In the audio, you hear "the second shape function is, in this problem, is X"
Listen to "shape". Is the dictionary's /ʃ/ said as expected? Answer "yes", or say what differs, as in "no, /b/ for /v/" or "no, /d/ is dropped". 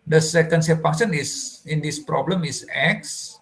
no, /s/ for /ʃ/